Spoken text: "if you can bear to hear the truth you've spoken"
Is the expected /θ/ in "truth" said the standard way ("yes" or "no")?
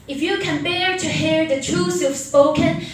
no